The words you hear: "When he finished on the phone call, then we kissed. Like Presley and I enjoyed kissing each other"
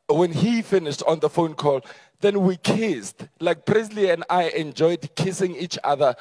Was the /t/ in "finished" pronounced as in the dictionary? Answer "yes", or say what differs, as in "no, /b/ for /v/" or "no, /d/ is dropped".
yes